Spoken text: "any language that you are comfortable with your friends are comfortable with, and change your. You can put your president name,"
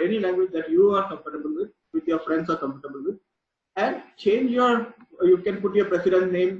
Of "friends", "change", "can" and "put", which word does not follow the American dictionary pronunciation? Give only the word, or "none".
friends